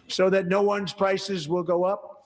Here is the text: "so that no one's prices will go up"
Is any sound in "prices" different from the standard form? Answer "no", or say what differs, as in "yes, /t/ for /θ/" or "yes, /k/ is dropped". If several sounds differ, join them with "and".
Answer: no